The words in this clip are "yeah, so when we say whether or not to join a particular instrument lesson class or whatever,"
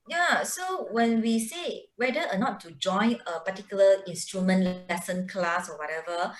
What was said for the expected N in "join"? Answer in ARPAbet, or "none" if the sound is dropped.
N